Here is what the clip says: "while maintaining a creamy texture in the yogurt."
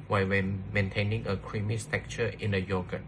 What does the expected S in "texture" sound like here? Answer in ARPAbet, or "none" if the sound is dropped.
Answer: none